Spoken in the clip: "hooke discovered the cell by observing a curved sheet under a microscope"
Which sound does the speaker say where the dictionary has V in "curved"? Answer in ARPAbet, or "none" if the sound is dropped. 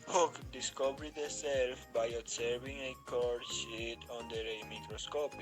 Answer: none